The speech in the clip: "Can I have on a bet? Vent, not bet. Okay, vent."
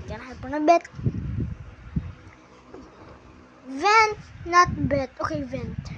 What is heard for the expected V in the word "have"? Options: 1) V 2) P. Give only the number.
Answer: 2